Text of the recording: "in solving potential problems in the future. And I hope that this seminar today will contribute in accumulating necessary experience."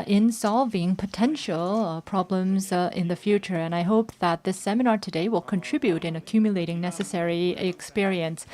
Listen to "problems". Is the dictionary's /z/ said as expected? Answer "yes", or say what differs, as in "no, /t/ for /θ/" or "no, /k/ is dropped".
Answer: yes